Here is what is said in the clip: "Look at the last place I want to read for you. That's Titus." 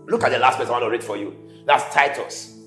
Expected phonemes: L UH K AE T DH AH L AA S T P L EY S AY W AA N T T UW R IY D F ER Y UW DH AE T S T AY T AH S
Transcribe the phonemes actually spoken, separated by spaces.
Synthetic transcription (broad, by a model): L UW K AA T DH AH L AA S T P EY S AY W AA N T T UW R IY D F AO Y UW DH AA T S T AY T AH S